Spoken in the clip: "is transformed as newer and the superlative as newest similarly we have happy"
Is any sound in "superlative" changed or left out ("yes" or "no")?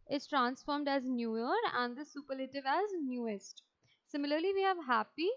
no